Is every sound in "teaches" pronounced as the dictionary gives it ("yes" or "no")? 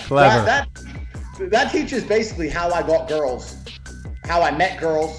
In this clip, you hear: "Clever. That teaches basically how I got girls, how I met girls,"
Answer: yes